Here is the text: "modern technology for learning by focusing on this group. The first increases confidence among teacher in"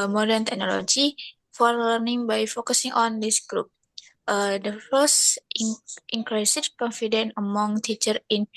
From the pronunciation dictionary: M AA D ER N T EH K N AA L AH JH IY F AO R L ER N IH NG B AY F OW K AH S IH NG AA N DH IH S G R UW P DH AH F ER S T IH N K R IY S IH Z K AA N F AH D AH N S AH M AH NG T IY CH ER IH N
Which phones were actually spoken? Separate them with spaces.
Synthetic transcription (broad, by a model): M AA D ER N T EH K N AA L AH JH IY F AO R L ER N IH NG B AY F OW K AH S IH NG AA N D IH S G R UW P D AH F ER S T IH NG K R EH S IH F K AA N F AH D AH N AH M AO NG T IY CH ER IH N